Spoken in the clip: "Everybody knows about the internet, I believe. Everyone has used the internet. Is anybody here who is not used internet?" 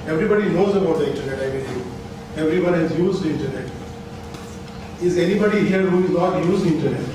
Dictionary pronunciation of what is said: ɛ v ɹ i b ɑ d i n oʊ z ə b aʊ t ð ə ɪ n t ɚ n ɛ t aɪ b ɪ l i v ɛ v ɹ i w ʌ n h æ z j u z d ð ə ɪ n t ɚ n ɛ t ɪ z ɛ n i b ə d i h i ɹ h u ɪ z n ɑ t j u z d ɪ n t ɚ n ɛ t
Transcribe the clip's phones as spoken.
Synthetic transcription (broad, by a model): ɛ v ɹ i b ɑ d i n oʊ z ə b aʊ t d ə ɪ n t ɚ n ɛ t aɪ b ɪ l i ɛ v ɹ i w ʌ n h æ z j u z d ɪ n t ɚ n ɛ t ɪ z ɛ n i b ə d i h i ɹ h u ɪ z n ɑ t j u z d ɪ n t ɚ n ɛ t